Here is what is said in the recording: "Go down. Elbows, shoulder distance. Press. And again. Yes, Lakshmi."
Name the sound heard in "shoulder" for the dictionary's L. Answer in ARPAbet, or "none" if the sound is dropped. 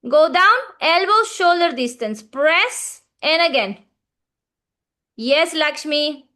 L